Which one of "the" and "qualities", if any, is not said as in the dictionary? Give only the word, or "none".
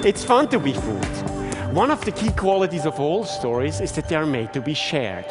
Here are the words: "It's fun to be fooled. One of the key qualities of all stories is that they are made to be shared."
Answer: none